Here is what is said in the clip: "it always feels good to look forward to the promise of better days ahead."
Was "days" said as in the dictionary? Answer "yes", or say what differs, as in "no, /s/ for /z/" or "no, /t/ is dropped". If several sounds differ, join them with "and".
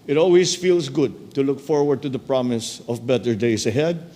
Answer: no, /s/ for /z/